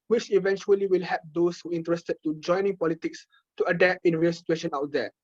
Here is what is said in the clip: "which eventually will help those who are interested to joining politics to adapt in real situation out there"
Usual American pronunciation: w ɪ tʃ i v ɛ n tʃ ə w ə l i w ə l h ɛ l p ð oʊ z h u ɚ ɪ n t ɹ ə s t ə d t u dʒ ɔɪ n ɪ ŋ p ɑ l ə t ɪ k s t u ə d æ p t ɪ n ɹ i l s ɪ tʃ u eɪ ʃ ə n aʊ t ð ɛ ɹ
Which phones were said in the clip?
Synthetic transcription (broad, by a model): w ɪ tʃ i v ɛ n tʃ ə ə l i w ə l h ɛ p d oʊ s h u ɪ n t ɹ ə s t ə d t u dʒ ɔɪ n ɪ ŋ p ɑ l ə t ɪ k s t u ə d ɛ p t ɪ n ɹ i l s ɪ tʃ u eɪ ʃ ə n aʊ t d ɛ